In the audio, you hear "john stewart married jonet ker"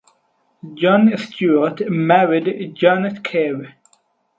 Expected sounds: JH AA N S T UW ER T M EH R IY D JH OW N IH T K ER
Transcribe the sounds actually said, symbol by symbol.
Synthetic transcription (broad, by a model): JH AA N S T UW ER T M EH R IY D JH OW N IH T K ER